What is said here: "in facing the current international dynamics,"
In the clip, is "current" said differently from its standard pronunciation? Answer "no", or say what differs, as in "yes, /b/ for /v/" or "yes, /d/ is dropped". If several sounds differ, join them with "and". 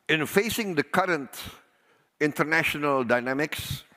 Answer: no